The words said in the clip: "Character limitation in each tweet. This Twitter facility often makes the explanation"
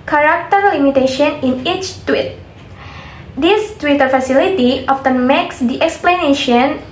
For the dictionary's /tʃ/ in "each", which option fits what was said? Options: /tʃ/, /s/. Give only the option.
/tʃ/